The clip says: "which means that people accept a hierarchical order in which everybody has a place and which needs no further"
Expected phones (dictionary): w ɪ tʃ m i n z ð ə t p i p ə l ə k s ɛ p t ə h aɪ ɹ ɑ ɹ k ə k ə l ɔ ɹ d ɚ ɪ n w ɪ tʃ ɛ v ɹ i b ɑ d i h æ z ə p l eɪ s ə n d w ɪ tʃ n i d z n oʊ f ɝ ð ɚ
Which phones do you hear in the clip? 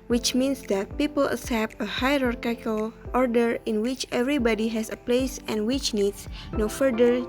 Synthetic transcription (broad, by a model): w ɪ tʃ m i n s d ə t p i p ə l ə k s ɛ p ə h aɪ ɹ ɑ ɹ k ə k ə l ɔ ɹ d ɚ ɪ n w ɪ tʃ ɛ v ɹ i b ɑ d i h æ s ə p l eɪ s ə n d w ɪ tʃ n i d s n oʊ f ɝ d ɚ